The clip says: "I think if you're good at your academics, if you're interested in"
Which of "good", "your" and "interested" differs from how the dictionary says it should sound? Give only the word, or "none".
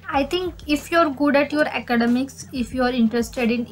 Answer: none